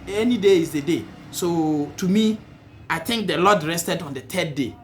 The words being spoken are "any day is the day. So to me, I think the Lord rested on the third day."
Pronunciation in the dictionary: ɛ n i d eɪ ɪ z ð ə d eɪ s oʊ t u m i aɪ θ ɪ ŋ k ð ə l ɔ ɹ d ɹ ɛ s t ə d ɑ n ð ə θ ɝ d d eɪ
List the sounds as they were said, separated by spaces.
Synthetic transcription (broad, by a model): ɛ n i d eɪ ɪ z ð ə d eɪ s oʊ t u m i aɪ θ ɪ ŋ k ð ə l ɔ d ɹ ɛ s t ə d ɑ n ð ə t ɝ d d eɪ